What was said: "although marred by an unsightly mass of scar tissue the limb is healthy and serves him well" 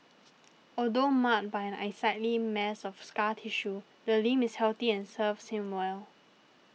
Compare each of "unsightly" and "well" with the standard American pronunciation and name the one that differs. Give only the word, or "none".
unsightly